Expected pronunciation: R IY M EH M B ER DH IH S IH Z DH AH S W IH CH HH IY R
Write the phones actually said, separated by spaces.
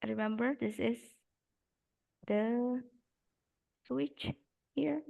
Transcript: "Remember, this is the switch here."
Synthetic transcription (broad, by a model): R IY M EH M B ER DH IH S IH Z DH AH S W IH CH HH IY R